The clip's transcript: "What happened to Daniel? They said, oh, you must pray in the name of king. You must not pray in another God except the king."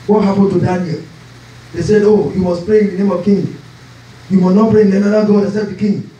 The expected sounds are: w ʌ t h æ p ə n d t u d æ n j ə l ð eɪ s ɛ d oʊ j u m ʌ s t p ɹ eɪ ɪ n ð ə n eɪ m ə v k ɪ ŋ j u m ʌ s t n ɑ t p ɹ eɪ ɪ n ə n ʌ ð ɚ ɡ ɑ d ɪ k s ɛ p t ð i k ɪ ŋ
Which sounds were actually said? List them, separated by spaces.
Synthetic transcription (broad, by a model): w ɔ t h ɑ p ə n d t u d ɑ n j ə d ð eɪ s ɛ d oʊ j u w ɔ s p ɹ eɪ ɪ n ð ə n eɪ m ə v k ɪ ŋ j u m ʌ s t n ɑ t p ɹ eɪ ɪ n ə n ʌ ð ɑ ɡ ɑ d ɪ s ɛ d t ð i k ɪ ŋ